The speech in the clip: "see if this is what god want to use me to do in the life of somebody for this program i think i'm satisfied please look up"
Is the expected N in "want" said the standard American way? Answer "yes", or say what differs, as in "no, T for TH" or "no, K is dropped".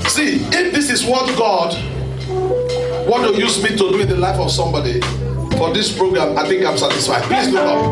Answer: no, N is dropped